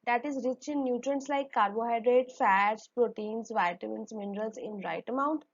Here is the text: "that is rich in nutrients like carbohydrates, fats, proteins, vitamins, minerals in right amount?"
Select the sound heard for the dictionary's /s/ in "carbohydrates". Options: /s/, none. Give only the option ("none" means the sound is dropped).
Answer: none